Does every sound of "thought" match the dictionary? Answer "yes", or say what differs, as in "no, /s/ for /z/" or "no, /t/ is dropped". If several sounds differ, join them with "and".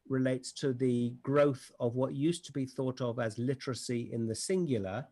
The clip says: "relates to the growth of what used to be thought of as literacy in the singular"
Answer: yes